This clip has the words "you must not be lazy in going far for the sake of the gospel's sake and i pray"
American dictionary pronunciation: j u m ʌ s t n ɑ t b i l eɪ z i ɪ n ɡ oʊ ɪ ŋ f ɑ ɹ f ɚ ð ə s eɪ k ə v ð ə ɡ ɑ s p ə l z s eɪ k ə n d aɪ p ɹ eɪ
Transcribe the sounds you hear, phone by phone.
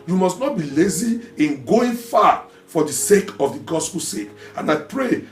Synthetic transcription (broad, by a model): j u m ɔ s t n ɑ t b i l eɪ z i ɪ n ɡ oʊ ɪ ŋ f ɑ f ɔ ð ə s eɪ k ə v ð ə ɡ ɑ s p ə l s eɪ k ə n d aɪ p ɹ eɪ